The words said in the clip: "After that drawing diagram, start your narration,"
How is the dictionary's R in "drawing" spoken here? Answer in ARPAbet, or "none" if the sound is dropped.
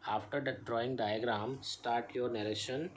R